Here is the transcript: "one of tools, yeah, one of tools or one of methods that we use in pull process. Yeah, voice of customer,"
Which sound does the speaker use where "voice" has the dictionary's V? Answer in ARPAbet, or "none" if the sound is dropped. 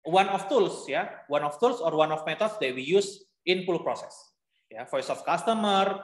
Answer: F